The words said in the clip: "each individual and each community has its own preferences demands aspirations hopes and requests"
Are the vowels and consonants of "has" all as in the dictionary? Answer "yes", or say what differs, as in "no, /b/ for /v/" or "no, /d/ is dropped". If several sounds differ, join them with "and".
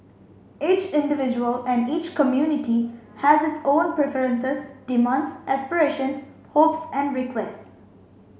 yes